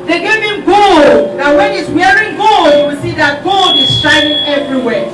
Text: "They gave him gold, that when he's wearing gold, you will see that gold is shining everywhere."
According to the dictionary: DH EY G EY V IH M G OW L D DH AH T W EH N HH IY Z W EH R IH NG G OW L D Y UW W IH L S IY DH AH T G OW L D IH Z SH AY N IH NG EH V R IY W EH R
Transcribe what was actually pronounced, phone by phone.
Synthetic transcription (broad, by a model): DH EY G EY V IH M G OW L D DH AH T W EH N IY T W EH R IH NG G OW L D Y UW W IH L S IY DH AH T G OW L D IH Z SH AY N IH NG EH V R IY W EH